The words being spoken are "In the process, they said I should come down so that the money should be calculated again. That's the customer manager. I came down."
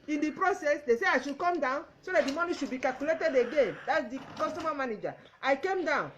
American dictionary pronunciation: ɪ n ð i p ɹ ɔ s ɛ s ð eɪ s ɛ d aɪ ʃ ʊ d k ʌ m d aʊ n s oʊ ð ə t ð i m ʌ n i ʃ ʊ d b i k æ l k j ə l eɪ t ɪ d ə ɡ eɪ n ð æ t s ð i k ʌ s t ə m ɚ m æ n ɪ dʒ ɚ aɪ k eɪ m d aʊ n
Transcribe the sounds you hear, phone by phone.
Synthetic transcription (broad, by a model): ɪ n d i p ɹ ɔ s ɛ s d eɪ s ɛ aɪ ʃ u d k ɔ m d aʊ n s oʊ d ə t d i m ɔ n i ʃ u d b i k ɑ l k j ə l eɪ t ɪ d ə ɡ eɪ n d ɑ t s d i k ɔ s t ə m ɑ m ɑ n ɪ dʒ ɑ aɪ k eɪ m d aʊ n